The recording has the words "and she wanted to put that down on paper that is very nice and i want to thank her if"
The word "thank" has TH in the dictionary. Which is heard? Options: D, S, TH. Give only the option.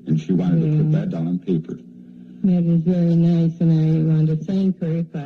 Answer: S